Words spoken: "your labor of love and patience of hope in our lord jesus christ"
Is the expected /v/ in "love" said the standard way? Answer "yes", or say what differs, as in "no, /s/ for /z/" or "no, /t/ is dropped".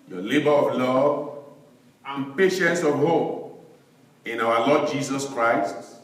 yes